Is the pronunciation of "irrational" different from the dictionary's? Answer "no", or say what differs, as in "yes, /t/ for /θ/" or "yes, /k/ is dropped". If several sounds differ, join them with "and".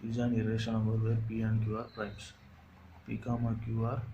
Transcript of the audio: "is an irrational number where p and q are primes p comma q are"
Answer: yes, /n/ is dropped